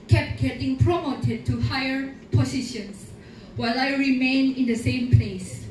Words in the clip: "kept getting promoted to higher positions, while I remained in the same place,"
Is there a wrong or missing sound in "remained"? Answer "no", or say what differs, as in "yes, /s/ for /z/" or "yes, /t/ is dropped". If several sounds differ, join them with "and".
yes, /d/ is dropped